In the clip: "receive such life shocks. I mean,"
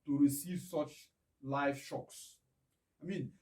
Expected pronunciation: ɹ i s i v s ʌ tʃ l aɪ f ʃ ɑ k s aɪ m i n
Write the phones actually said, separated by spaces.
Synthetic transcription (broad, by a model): ɹ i s i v s ʌ tʃ l aɪ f ʃ ɑ k s aɪ m i n